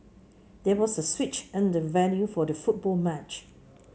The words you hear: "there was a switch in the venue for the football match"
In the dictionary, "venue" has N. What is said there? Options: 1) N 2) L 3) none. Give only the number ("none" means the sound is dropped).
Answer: 2